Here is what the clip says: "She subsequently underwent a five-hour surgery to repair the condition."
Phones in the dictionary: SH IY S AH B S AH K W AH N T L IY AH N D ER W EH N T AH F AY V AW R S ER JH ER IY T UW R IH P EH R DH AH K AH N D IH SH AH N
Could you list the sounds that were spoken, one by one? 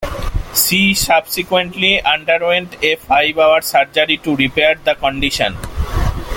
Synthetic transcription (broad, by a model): S IY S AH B S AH K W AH N T L IY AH N D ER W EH N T AH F AY B AW R S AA JH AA IY T UW R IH P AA R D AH K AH N D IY SH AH N